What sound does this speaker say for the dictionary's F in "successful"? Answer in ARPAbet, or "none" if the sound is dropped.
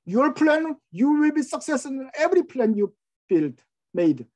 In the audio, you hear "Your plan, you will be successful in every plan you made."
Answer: none